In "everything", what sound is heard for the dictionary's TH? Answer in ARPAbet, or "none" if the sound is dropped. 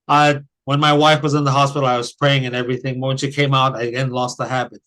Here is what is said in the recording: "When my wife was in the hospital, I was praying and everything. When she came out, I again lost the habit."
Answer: TH